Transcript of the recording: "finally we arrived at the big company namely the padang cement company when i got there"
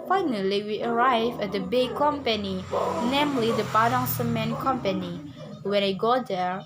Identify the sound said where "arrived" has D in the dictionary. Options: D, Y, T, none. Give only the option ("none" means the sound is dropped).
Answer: none